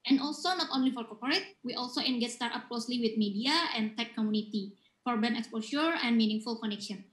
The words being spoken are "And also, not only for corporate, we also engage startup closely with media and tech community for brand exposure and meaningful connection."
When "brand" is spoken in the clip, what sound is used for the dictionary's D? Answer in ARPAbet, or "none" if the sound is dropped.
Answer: none